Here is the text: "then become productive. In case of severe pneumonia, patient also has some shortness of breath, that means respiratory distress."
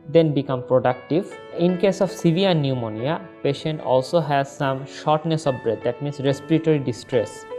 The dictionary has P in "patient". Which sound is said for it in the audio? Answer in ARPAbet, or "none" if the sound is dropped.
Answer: P